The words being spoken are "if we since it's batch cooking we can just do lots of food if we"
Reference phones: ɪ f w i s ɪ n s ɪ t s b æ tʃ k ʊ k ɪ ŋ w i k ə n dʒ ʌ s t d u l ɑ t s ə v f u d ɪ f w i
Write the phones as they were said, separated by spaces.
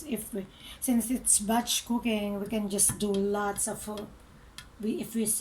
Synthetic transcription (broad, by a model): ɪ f w i s ɪ n s ɪ t s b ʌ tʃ k ʊ k ɪ ŋ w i k ə n dʒ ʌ s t d u l ɑ t s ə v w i ɪ f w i